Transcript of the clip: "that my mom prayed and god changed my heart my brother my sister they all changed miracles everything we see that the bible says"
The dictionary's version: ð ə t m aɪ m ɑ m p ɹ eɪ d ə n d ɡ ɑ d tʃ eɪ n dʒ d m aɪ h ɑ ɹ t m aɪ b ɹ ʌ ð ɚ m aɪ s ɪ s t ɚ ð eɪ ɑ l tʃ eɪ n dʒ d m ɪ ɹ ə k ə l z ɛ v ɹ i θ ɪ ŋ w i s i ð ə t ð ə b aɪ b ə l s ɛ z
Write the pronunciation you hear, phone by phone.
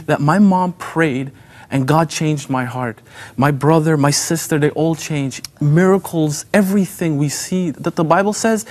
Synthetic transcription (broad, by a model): ð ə t m aɪ m ɑ m p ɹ eɪ d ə n ɡ ɑ d tʃ eɪ n dʒ d m aɪ h ɑ ɹ t m aɪ b ɹ ʌ ð ɚ m aɪ s ɪ s t ɚ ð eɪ ɑ l tʃ eɪ n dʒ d m ɪ ɹ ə k l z ɛ v ɹ i θ ɪ ŋ w i s i ð ə t ð ə b aɪ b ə l s ɛ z